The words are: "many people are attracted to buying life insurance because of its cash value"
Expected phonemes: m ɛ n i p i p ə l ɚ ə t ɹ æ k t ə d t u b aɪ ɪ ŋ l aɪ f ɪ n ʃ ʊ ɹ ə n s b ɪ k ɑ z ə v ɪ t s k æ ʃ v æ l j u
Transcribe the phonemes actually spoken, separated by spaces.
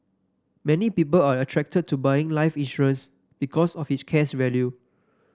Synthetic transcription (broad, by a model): m ɛ n i p i p ə l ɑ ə t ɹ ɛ k t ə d t u b aɪ ɪ ŋ l aɪ f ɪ n ʃ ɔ ɹ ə n s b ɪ k ɑ s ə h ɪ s k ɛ s v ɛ l j u